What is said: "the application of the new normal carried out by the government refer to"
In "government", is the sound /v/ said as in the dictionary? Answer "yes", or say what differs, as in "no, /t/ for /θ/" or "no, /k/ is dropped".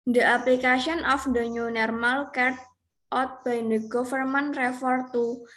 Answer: no, /f/ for /v/